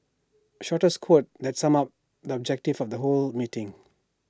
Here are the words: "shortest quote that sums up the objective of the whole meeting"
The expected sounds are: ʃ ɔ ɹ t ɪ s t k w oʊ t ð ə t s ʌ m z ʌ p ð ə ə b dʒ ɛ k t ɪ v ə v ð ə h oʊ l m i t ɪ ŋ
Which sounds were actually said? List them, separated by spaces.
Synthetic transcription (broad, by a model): ʃ ɔ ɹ t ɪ s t k w oʊ t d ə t s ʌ m ʌ p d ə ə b dʒ ɛ k t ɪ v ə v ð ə h oʊ l m i t ɪ ŋ